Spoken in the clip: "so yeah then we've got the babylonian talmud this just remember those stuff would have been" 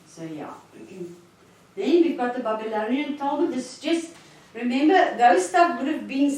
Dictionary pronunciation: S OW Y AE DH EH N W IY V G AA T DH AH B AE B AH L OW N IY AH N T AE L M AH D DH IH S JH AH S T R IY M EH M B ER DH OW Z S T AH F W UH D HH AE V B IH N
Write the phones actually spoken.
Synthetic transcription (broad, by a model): S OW Y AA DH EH N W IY G AA T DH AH B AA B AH L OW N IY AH N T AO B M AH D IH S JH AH S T R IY M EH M B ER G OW S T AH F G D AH P B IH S